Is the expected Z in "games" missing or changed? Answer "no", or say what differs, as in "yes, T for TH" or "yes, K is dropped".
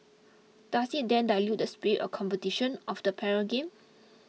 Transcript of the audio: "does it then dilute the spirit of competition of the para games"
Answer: yes, Z is dropped